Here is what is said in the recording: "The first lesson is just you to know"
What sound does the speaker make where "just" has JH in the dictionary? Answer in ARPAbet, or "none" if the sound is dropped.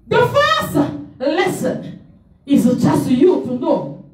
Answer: CH